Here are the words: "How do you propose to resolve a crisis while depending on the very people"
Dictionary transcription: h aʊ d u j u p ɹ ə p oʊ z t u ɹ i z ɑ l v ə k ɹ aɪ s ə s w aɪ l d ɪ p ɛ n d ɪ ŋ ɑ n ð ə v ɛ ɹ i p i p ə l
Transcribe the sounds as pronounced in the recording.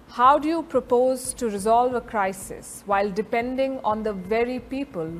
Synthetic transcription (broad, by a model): h aʊ d u j u p ɹ ə p oʊ z t u ɹ i z ɑ l v ə k ɹ aɪ s ə s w aɪ l d ɪ p ɛ n d ɪ ŋ ɑ n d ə v ɛ ɹ i p i p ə l